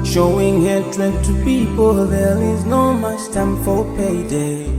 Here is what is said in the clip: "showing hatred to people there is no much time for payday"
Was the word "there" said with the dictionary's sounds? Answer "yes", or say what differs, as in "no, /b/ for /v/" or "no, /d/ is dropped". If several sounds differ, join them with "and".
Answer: no, /l/ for /ɹ/